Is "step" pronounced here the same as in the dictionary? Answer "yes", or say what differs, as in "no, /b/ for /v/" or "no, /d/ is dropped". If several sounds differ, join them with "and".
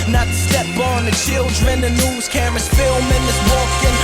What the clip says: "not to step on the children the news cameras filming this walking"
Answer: no, /b/ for /p/